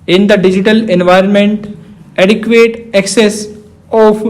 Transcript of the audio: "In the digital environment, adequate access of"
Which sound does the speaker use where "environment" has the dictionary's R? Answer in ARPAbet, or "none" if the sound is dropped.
R